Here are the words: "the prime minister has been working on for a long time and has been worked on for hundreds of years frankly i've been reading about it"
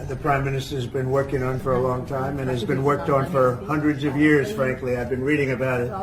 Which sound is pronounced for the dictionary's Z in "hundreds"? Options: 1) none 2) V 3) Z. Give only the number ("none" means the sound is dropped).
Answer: 3